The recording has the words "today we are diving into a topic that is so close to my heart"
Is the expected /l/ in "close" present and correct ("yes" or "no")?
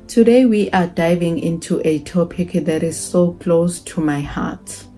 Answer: yes